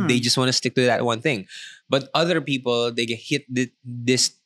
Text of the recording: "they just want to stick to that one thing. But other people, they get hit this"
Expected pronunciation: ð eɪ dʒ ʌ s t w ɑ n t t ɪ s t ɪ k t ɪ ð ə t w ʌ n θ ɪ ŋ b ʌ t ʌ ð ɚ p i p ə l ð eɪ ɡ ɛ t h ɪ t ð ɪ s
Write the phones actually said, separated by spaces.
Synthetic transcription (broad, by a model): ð eɪ dʒ ʌ s t w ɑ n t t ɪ s t ɪ k t ɪ ð ə t w ʌ n θ ɪ ŋ b ʌ t ʌ ð ɚ p i p ə l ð eɪ ɡ ɛ t h ɪ t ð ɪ s